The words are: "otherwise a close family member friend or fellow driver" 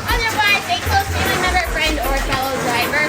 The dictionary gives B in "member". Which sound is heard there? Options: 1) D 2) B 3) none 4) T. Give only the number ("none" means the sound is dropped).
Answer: 3